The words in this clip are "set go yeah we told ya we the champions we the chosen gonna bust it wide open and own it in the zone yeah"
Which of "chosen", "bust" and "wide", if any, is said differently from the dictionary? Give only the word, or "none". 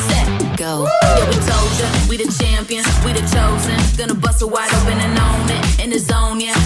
bust